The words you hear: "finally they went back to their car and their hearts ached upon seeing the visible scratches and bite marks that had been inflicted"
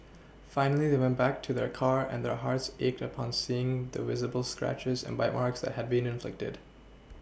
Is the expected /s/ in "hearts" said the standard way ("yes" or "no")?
yes